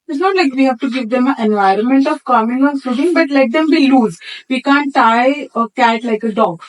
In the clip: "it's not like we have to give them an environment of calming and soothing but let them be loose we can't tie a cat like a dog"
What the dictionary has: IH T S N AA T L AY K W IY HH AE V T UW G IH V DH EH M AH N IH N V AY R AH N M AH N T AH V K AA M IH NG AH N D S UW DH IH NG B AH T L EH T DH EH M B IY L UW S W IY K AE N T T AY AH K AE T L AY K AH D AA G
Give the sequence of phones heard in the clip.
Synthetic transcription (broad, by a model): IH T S N AA T L AY K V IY HH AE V T UW G IH V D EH M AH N IH N V AY R AH N M AH N T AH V K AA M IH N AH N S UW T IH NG B AH T L EH T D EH M B IY L UW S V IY K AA N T T AY AH K AE T L AY K AH D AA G